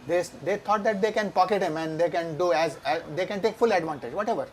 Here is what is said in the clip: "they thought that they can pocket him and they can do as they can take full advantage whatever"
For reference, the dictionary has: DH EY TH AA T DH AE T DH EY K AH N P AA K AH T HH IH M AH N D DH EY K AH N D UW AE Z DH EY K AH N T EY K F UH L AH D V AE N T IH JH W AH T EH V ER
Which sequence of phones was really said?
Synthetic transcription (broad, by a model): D EY T AA T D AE T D EY K AH N P AA K AH T HH IH M AH N D EY K AH N D UW AE Z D EY K AH N T EY K F UH L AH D V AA N T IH JH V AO T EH V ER